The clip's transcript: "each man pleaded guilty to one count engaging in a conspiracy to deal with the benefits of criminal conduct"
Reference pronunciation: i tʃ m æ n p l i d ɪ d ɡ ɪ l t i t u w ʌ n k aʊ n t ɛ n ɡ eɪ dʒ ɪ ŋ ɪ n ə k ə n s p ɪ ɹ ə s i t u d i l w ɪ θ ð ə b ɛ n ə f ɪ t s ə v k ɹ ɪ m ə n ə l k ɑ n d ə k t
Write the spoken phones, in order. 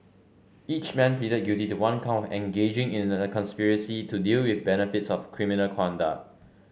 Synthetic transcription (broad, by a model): i tʃ m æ n p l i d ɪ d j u t i t u w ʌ n k aʊ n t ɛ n ɡ eɪ dʒ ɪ ŋ ɪ n ə k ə n s p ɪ ɹ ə s i t u d i l w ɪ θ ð b ɛ n ə f ɪ t s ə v k ɹ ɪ m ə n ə l k ɑ n d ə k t